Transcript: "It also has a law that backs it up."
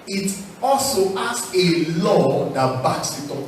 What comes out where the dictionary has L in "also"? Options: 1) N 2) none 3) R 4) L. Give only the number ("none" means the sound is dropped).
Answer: 4